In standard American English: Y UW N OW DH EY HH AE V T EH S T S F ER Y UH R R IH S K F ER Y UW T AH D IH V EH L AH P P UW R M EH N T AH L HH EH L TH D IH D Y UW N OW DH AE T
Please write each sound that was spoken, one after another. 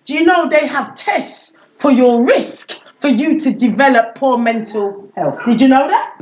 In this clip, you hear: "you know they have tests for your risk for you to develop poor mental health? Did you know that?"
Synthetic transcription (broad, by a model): Y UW N OW DH EY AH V T EH S T S F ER Y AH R R IH S K F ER Y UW T AH D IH V EH L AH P P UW M EH N T AH L HH EH L TH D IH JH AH N OW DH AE T